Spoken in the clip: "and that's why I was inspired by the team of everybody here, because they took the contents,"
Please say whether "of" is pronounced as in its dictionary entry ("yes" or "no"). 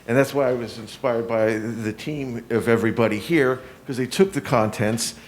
yes